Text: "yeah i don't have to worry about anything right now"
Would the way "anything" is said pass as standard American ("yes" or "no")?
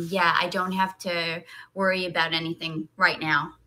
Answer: yes